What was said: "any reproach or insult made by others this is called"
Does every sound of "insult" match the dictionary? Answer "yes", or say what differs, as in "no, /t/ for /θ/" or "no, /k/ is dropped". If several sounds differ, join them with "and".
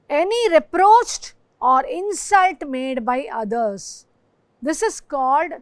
yes